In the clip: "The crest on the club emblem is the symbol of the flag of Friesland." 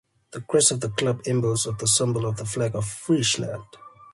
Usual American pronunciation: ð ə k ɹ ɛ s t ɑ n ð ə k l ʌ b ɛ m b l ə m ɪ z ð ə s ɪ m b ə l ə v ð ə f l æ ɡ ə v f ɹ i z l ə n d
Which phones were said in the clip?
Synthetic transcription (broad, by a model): ð ə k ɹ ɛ s ɑ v ð ə k l ʌ b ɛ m b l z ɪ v ð ə s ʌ m b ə l ə v ð ə f l æ ɡ ə v f ɹ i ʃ l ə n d